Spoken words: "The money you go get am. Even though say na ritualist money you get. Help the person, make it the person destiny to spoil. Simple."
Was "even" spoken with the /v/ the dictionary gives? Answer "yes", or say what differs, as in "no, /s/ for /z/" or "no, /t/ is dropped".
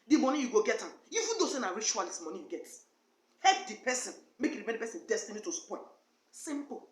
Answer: no, /f/ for /v/